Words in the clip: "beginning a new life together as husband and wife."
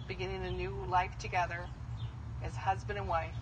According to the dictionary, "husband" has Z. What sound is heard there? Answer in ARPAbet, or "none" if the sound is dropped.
Z